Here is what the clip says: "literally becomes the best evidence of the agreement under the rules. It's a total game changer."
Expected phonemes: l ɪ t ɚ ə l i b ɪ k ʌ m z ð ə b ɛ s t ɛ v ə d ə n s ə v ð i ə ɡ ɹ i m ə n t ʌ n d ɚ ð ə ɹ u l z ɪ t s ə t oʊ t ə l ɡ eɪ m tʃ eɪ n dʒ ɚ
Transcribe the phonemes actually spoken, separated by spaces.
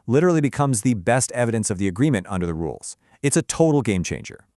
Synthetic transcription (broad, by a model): l ɪ t ɚ l i b ɪ k ʌ m z ð ə b ɛ s t ɛ v ə d ə n s ə v ð i ə ɡ ɹ i m ə n t ʌ n d ɚ ð ə ɹ u l z ɪ t s ə t oʊ t l ɡ eɪ m tʃ eɪ n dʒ ɚ